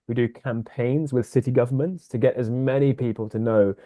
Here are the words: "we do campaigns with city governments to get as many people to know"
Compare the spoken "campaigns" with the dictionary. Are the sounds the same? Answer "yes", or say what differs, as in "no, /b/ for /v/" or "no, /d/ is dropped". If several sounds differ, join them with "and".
yes